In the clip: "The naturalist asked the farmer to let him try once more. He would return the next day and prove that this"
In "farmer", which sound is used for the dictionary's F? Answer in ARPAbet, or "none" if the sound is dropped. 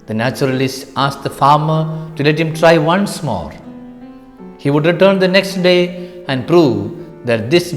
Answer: F